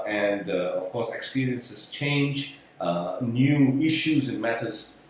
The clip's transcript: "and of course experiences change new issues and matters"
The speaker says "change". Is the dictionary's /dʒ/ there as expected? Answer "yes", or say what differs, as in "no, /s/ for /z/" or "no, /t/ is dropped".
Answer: yes